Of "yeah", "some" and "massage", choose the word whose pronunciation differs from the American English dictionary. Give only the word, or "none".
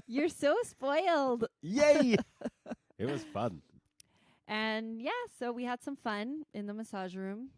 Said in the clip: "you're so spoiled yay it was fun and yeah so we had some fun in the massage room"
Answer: none